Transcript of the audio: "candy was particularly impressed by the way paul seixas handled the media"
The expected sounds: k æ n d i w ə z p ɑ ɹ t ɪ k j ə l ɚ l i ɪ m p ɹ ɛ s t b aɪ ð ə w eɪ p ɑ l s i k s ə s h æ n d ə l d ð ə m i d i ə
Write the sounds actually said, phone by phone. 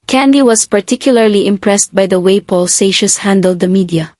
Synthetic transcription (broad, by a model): k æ n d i w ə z p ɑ ɹ t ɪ k j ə l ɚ l i ɪ m p ɹ ɛ s t b aɪ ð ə w eɪ p ɑ l s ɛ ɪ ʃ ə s h æ n d ə l d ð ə m i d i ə